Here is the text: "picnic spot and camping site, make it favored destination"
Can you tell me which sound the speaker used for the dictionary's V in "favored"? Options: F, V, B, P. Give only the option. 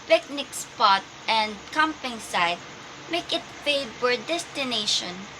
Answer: B